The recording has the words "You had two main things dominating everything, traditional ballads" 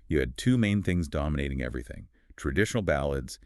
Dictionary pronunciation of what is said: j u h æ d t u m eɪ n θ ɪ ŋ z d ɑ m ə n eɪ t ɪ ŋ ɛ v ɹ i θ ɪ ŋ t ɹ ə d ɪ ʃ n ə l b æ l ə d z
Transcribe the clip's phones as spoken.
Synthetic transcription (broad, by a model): j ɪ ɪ d t u m eɪ n θ ɪ ŋ z d ɑ m ə n eɪ t ɪ ŋ ɛ v ɹ i θ ɪ ŋ t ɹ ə d ɪ ʃ n l b æ l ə d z